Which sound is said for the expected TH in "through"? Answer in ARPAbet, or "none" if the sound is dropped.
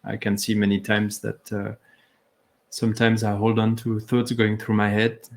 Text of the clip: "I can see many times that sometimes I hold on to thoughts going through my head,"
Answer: TH